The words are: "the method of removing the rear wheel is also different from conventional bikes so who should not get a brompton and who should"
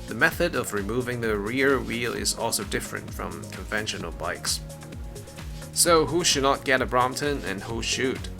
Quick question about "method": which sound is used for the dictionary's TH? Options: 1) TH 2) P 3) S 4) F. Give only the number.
1